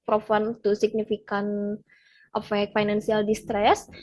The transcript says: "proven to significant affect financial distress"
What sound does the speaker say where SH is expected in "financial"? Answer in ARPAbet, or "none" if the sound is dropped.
S